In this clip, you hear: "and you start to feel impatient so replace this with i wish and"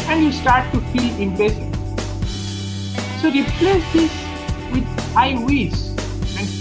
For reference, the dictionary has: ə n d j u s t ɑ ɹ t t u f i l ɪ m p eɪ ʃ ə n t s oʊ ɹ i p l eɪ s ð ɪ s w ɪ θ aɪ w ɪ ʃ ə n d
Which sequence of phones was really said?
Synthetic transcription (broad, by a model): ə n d j u s t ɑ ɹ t t u f i l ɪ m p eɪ s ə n s oʊ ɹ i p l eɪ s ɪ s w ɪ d aɪ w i s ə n